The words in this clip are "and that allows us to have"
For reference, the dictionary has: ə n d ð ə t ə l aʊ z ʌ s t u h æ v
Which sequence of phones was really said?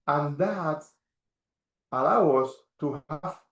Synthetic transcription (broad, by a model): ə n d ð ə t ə l aʊ ʌ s t u h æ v